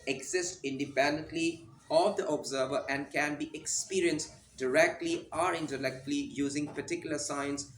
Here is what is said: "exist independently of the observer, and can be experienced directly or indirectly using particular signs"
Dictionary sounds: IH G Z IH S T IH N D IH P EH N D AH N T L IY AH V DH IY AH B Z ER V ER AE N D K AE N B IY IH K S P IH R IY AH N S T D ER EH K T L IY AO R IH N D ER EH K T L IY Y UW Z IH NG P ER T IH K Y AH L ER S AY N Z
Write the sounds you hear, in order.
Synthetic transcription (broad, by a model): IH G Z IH S T IH N D IH P EH N D AH N T L IY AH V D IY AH B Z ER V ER AE N D K AE N B IY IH K S P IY R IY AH N S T D ER EH K T L IY AO R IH N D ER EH K T L IY Y UW Z IH NG P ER T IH K Y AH L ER S AY N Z